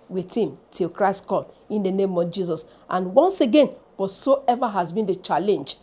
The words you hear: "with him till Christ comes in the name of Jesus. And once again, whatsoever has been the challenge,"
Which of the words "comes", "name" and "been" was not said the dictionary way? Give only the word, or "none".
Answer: comes